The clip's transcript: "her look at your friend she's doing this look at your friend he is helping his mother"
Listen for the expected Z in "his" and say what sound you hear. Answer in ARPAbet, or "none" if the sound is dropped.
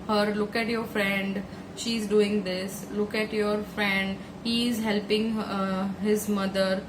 Z